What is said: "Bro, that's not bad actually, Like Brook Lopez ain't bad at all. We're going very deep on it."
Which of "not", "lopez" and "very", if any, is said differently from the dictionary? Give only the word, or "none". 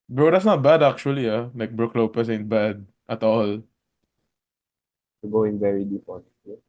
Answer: lopez